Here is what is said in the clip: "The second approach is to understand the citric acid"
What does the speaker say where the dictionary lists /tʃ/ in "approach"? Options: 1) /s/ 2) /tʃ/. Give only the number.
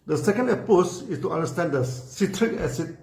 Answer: 1